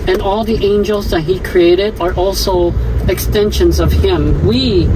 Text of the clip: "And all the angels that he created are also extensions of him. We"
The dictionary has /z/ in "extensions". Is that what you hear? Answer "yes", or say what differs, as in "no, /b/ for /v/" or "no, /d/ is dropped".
yes